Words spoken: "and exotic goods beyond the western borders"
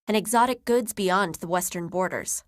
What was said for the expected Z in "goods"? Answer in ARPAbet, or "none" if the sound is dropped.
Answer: Z